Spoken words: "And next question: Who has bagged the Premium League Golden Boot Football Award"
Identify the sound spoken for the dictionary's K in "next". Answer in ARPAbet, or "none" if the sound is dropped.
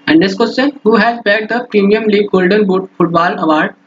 none